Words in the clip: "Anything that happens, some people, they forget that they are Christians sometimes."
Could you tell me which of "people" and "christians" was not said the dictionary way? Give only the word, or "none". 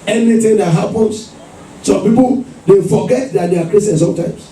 christians